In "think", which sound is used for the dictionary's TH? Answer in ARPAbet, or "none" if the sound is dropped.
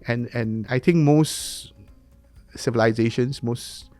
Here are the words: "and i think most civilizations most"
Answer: T